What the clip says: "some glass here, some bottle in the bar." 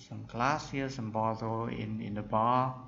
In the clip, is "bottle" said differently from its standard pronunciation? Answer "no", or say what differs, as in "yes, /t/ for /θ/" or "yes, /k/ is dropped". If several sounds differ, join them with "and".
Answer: yes, /n/ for /l/